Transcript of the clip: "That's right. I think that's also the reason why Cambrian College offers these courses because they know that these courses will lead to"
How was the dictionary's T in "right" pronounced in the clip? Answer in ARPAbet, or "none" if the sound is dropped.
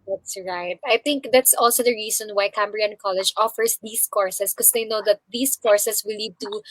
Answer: T